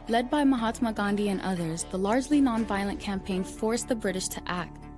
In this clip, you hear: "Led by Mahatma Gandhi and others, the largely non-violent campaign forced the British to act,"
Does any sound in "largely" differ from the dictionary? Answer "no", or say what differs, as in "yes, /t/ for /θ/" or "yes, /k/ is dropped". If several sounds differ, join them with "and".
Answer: no